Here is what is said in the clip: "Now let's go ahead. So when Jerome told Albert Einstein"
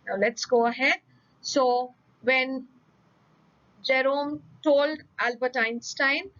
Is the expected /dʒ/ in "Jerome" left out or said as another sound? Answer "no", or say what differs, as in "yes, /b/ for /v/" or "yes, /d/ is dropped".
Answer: no